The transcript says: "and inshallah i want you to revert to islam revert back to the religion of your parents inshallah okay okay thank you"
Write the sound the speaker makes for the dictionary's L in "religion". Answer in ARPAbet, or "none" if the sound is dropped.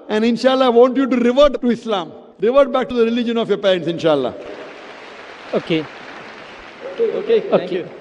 L